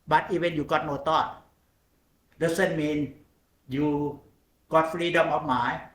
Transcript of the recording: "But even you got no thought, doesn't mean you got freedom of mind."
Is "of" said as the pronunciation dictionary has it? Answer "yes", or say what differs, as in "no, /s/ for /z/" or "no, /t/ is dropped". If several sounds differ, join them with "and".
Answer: no, /p/ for /v/